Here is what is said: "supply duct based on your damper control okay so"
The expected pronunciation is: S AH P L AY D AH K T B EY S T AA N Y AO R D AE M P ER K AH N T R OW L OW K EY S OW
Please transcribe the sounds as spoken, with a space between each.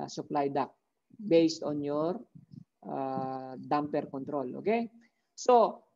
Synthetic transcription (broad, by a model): S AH P L AY D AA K B EY S T AA N Y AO R D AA M P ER K AH N T R OW L OW K EY S OW